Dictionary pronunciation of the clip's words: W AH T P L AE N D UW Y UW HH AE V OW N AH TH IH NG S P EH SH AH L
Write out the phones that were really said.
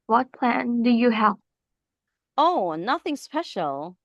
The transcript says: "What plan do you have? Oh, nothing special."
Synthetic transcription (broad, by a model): W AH T P L AE N D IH Y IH HH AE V OW N AH TH IH NG S P EH SH L